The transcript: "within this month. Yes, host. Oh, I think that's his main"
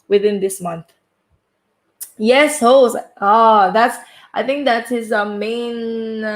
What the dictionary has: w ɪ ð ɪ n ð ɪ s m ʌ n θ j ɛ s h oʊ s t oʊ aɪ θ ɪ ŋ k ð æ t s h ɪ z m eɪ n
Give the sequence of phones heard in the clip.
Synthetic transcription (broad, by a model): w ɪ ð ɪ n ð ɪ s m ʌ n θ j ɛ s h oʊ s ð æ aɪ θ ɪ ŋ k ð æ t s h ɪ z m eɪ n